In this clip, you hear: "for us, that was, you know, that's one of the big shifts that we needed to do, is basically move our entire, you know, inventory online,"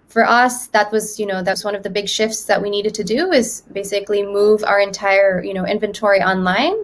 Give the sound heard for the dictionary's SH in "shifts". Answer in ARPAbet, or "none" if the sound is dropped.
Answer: SH